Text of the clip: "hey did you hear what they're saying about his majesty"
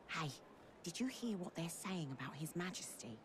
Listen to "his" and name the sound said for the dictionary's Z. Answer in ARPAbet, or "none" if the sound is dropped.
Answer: Z